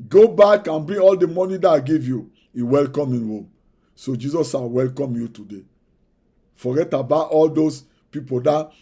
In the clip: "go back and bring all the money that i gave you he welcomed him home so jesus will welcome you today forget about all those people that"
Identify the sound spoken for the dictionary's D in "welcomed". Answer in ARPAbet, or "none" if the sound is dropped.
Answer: none